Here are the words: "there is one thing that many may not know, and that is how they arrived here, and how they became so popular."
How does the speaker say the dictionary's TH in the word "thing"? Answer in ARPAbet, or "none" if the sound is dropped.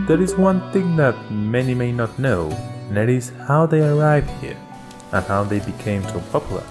TH